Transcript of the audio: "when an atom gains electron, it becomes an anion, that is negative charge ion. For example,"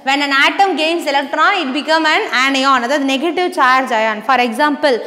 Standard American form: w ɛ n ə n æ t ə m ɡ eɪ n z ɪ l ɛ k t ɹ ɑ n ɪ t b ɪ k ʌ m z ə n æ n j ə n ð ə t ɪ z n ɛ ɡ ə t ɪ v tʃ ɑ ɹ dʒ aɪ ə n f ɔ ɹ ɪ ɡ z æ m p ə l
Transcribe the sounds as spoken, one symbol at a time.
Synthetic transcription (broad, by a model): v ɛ n ə n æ t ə m ɡ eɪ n s ɪ l ɛ k t ɹ ɑ n ɪ t b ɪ k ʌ m ə n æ n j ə n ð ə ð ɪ n ɛ ɡ ə t ɪ v tʃ ɑ ɹ dʒ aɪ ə n f ɔ ɹ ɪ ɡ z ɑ m p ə l